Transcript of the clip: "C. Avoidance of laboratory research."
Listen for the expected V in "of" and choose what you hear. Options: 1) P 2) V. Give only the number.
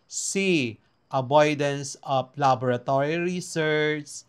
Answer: 1